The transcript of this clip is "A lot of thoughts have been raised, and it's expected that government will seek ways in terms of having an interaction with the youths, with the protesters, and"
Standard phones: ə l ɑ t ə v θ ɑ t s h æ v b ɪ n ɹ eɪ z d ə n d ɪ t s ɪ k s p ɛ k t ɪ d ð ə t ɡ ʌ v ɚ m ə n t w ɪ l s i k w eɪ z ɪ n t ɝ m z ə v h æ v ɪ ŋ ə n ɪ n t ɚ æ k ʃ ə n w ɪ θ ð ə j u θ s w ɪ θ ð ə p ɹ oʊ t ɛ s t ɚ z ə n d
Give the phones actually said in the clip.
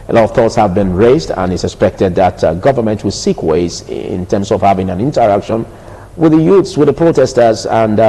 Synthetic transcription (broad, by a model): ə l ɑ t ə v θ ɑ t s h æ v b ɪ n ɹ eɪ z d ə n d ɪ t s ɪ k s p ɛ k t ɪ d ð ə t ɡ ʌ v ɚ m ə n t w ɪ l s i k w eɪ z ɪ n t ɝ m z ə v h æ v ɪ ŋ ə n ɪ n t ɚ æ k ʃ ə n w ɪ ð ə j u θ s w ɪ ð ə p ɹ oʊ t ɛ s t ɚ z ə n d